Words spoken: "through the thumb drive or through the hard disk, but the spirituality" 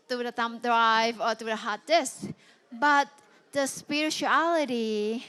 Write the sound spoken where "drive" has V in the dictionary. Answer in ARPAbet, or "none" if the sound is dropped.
V